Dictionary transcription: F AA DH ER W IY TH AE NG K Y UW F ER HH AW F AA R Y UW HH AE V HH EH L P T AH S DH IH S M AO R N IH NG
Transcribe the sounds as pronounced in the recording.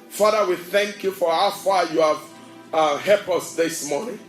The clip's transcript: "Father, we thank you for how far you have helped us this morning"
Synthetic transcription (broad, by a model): F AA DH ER W IY TH AE NG K Y UW F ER HH AW F AA Y UW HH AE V HH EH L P AH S DH IH S M AO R N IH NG